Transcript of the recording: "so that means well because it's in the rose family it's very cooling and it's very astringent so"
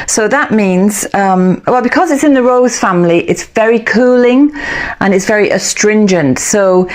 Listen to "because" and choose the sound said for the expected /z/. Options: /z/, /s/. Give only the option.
/z/